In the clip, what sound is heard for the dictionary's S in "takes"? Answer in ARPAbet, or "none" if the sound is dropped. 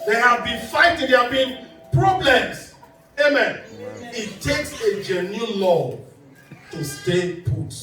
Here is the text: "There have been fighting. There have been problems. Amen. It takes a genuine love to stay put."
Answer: S